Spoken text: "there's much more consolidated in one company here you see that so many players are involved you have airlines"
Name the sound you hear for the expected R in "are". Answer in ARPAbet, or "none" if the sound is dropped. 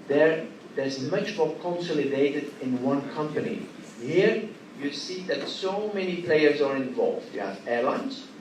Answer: R